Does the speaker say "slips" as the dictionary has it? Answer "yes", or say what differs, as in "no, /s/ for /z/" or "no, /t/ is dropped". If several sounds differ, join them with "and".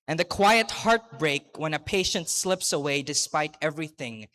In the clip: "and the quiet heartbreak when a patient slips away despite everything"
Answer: yes